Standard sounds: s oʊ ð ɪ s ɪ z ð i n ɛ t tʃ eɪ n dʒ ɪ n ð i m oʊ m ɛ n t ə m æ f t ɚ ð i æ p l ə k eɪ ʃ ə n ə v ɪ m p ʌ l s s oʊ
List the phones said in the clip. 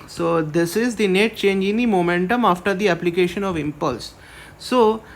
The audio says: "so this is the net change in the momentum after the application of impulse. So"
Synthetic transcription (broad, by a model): s oʊ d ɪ s ɪ z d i n ɛ t tʃ eɪ n dʒ ɪ n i m oʊ m ɛ n t ə m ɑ f t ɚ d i æ p l ə k eɪ ʃ ə n ə v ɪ m p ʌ l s s oʊ